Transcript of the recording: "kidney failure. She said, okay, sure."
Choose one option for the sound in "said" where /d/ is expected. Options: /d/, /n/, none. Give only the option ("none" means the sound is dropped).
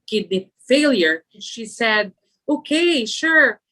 /d/